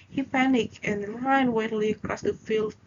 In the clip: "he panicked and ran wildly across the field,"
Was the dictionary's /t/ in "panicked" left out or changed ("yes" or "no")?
yes